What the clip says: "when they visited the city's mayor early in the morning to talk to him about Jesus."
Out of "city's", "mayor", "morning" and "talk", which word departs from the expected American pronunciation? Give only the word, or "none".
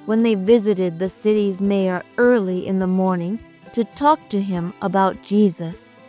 none